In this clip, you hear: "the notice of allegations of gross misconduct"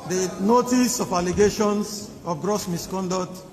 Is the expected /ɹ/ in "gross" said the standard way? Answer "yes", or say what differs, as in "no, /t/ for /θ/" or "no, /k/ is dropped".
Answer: yes